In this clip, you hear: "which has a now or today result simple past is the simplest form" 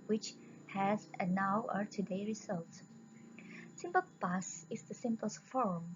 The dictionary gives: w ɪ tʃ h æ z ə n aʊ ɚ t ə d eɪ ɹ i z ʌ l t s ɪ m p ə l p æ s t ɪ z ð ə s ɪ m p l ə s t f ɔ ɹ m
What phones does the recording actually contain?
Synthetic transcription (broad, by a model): w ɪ tʃ h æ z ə n aʊ ɚ t ə d eɪ ɹ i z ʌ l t s ɪ m p ə l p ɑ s ɪ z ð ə s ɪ m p ə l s f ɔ ɹ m